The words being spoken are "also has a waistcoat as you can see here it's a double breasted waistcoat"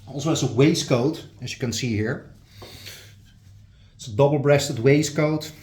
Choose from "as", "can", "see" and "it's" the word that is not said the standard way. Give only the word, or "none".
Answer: as